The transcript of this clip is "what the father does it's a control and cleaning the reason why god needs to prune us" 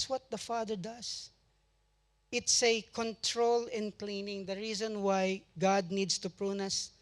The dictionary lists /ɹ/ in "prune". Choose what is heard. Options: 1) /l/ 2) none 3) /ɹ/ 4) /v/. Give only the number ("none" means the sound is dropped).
3